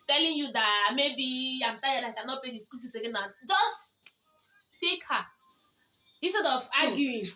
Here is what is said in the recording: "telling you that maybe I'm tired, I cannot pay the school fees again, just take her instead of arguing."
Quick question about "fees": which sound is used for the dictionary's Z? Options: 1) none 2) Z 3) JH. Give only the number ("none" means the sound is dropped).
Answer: 1